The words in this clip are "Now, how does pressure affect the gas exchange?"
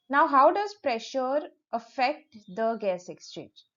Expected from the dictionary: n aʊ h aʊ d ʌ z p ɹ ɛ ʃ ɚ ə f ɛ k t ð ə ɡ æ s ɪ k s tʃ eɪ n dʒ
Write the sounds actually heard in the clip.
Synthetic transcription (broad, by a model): n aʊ h aʊ d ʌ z p ɹ ɛ ʃ ɚ ə f ɛ k t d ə ɡ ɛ s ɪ k s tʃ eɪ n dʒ